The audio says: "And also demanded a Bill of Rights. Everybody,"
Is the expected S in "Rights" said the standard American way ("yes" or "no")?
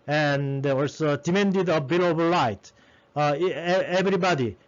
no